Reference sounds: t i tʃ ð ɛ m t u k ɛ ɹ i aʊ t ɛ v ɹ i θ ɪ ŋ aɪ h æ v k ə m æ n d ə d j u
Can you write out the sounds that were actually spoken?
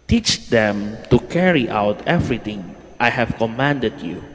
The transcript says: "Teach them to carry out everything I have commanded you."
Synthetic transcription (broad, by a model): t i tʃ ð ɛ m t u k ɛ ɹ i aʊ t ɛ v ɹ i t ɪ ŋ aɪ h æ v k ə m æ n d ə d j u